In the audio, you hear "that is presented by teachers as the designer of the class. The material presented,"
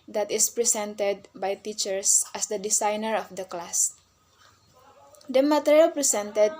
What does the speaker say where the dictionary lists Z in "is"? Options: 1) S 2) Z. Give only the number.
1